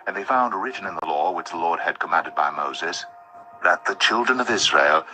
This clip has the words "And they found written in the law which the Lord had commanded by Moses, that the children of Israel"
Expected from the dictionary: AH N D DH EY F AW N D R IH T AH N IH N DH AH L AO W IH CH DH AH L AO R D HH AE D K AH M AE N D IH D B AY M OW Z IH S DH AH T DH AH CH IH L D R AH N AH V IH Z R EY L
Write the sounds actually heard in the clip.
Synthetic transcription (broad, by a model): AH N DH EY F AW N D R IH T N IH N DH AH L AO W IH CH DH AH L AO R D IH D K AH M AE N D IH D B AY M OW Z IH S DH AH T DH AH CH IH L D R AH N AH V IH Z R EY L